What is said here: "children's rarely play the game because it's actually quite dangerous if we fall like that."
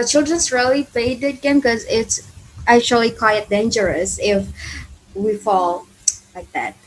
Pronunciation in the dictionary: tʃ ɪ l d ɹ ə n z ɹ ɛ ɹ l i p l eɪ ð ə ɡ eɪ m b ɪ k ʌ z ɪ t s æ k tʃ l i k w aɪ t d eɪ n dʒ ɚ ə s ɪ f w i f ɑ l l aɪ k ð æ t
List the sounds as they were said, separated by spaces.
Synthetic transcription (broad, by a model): tʃ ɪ l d ɹ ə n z ɹ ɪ l i p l eɪ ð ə ɡ eɪ m k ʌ z ɪ t s æ k tʃ l i k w aɪ t d eɪ n dʒ ɚ ə s ɪ f w i f ɑ l l aɪ k ð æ t